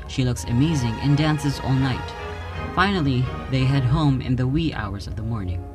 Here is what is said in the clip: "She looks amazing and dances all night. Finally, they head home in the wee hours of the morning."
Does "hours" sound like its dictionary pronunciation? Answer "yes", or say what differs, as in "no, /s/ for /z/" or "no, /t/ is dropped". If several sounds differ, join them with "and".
yes